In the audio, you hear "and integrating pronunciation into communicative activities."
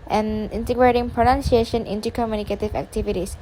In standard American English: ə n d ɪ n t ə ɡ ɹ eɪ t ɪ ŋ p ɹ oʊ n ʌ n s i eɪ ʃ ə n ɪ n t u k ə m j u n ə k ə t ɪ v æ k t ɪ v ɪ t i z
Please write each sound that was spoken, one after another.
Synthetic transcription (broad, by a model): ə n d ɪ n t ə ɡ ɹ eɪ t ɪ ŋ p ɹ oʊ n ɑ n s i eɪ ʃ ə n ɪ n t u k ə m j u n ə k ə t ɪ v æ k t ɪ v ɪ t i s